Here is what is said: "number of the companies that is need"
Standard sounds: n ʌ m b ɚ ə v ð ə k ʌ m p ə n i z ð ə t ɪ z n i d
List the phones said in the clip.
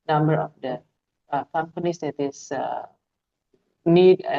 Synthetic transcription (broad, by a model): n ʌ m b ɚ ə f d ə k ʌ m p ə n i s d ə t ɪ s n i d